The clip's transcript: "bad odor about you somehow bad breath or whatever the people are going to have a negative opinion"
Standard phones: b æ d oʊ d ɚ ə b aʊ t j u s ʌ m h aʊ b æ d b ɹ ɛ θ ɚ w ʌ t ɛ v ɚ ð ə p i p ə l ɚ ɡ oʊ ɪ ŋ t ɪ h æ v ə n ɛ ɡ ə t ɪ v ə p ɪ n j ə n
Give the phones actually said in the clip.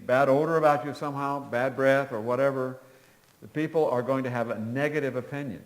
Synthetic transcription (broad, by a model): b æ d oʊ d ɚ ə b aʊ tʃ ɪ s ʌ m h aʊ b æ d b ɹ ɛ θ ɚ w ʌ t ɛ v ɚ ð ə p i p l ɚ ɡ oʊ ɪ ŋ t ɪ v ə n ɛ ɡ ə t ɪ v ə p ɪ n j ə n